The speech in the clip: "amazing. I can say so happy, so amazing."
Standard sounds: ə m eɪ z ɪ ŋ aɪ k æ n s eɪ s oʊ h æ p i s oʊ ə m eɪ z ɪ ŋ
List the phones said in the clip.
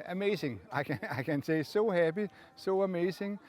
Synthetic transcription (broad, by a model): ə m eɪ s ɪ ŋ aɪ k æ n s eɪ s oʊ h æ b i s oʊ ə m eɪ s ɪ ŋ